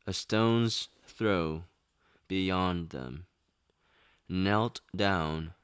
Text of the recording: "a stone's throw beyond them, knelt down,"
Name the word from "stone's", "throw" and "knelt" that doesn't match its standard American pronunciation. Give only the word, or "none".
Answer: none